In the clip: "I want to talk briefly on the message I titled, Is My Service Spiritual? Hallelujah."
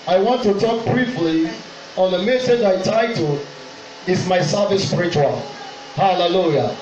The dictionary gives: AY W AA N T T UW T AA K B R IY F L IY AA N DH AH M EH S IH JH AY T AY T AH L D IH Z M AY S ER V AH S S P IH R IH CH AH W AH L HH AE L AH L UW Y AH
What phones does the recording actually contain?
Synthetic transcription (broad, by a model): AY W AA N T T UW T AA K B R IY F L IY AA N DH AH M EH S IH JH AY T AY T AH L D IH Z M AY S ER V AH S S P IH R IH CH AH W AH L HH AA L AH L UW Y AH